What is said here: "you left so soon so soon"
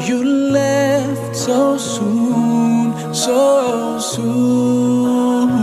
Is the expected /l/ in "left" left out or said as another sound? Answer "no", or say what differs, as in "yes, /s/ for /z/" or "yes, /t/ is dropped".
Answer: no